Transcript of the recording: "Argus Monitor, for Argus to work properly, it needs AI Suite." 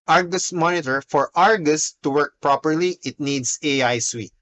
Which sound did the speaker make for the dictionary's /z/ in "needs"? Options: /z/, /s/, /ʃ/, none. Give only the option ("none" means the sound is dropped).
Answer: /s/